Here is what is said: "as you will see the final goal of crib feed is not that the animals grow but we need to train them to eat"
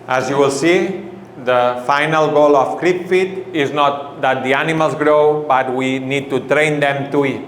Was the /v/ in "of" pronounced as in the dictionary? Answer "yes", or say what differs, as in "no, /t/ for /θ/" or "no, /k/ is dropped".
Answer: no, /f/ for /v/